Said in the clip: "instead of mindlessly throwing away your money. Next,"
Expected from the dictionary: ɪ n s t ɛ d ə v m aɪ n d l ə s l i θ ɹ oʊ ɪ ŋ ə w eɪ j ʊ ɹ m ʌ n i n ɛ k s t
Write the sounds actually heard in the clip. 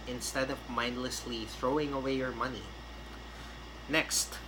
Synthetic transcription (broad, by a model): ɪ n s t ɛ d ə v m aɪ n d l ə s l i θ ɹ oʊ ɪ ŋ ə w eɪ j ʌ ɹ m ʌ n i n ɛ k s t